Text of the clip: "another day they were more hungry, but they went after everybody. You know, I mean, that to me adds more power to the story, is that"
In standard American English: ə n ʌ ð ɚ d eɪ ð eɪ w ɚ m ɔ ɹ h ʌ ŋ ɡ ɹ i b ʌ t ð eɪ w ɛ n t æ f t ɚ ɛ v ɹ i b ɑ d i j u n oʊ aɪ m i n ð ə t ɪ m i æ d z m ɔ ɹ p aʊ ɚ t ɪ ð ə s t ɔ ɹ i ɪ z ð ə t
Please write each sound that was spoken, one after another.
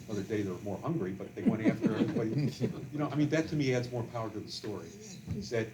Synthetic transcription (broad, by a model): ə ʌ ð ɚ d eɪ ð ɚ m ɔ ɹ h ʌ ŋ ɡ ɹ i b ʌ t ð eɪ w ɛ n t æ f t ɚ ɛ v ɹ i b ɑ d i j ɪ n oʊ aɪ m i n ð ə t ɪ m i æ d z m ɔ ɹ p aʊ ɚ t ɪ ð ə s t ɔ ɹ i ɪ z ð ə t